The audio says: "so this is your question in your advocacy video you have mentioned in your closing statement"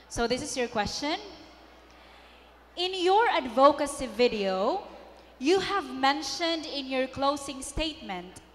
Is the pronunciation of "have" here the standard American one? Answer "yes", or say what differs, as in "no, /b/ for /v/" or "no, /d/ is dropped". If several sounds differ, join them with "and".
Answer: yes